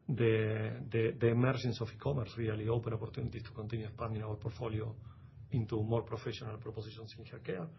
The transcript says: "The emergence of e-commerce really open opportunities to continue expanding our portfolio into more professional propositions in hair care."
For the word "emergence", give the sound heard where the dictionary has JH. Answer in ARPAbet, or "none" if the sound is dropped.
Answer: SH